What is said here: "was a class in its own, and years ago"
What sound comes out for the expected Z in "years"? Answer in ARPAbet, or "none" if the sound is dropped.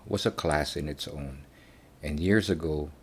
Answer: Z